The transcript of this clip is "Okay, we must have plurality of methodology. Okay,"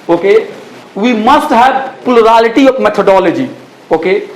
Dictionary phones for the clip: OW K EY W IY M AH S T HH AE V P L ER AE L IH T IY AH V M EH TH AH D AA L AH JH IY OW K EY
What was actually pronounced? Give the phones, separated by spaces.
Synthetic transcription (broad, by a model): OW K EY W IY M AH S T HH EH B P L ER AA L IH T IY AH M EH T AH D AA L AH JH IY OW K EY